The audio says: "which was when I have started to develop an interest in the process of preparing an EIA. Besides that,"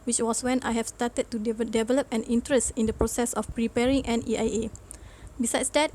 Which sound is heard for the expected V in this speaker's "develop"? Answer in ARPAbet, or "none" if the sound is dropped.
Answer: V